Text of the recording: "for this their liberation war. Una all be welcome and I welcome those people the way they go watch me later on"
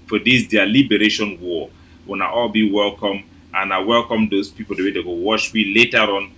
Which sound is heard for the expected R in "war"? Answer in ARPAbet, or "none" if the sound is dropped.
W